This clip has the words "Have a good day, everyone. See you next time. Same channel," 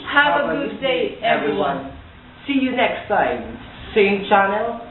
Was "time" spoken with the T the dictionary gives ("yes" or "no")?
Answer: no